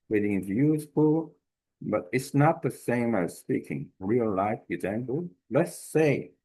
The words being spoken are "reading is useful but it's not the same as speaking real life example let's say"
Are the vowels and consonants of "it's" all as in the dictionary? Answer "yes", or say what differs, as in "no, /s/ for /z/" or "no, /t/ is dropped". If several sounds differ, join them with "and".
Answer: yes